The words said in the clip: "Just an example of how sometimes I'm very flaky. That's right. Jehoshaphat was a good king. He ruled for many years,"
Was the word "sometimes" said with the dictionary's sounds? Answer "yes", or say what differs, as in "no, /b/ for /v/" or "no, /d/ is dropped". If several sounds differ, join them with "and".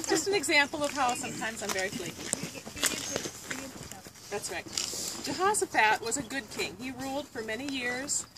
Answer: yes